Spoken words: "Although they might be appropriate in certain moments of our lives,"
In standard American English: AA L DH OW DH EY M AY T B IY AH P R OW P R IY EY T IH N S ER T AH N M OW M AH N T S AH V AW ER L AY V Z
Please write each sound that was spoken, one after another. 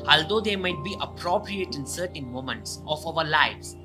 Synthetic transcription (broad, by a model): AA L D OW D EY M AY T B IY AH P R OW P R IY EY T IH N S ER T AH N M OW M AH N T S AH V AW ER L AY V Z